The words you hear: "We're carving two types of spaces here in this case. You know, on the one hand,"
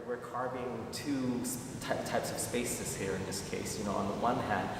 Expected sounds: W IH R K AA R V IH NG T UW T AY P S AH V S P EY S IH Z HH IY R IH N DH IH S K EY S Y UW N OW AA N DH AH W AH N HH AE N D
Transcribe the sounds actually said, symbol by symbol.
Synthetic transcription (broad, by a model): W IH R K AA R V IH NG T UW T AY P S AH V S P EY S IH Z HH IY R IH N DH IH S K EY S Y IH N OW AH N DH AH W AH N HH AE N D